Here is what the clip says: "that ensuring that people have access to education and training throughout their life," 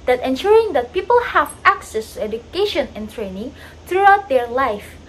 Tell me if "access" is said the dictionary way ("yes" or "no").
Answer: yes